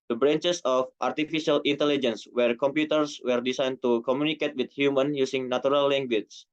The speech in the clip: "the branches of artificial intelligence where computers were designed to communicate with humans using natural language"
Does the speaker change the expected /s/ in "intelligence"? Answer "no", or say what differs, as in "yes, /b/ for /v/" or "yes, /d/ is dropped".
no